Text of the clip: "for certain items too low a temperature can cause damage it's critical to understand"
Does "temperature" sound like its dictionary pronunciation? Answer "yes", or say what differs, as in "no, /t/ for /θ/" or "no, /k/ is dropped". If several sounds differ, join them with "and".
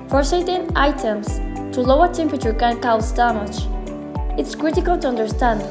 yes